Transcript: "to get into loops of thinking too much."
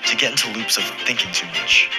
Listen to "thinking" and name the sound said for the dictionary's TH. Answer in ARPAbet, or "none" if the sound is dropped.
TH